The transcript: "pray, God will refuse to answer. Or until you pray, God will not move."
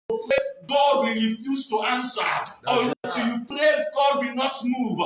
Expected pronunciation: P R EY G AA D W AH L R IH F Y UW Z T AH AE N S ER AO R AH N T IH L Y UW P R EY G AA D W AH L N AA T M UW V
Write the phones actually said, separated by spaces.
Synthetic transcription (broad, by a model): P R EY G AA D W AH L R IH F Y UW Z T AH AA N S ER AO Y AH T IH Y UW P R EY G AA D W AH N AA T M UW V